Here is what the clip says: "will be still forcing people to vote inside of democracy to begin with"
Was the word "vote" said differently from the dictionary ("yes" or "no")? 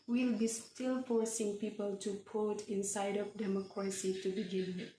yes